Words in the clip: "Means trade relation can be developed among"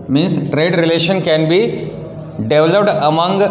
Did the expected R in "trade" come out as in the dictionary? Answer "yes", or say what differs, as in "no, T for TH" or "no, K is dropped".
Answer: yes